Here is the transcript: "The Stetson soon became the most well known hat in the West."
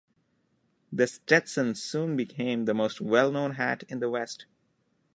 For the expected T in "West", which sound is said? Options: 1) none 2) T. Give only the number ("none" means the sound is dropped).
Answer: 2